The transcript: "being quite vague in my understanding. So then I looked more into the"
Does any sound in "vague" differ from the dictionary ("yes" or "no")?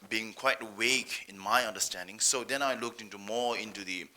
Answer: yes